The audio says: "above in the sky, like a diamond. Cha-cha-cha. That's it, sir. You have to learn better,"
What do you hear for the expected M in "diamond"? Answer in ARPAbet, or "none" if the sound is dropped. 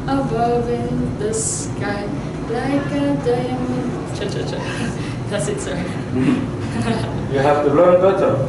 none